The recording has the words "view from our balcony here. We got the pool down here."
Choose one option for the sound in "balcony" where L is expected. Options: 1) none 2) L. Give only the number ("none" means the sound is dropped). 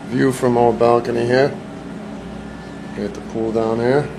2